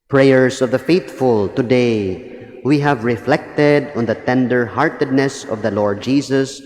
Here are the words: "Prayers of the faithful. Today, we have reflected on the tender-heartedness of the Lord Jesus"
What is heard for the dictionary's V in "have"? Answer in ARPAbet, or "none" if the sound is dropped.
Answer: V